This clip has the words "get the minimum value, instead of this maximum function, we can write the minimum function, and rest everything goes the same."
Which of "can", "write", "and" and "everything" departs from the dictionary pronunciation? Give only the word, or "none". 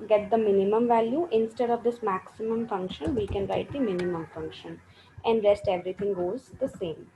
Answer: everything